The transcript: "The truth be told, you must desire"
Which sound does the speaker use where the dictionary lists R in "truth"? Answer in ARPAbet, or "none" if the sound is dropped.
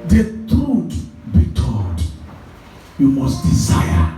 none